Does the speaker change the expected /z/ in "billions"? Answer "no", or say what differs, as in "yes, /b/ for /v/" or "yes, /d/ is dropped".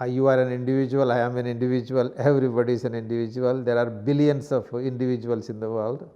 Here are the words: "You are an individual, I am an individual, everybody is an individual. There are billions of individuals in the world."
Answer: yes, /s/ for /z/